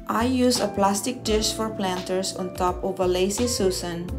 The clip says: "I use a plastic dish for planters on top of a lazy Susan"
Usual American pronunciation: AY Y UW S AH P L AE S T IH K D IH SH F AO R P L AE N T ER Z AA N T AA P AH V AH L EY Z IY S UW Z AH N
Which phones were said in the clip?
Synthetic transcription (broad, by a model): AY Y UW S AH P L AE S T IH K D IH SH F AO R P L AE N T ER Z AA N T AA P AH V AH L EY S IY S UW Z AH N